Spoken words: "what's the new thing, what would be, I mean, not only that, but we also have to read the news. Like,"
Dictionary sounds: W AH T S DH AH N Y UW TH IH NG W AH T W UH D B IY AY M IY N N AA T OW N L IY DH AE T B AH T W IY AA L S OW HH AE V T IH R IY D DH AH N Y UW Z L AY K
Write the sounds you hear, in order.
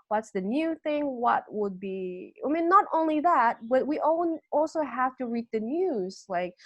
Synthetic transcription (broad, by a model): W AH T S DH AH N Y UW TH IH NG W AH T W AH D B IY AY M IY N N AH T OW N L IY DH AE T B AH T W IY AA L S OW HH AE F T IH R IY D DH AH N Y UW Z L AY K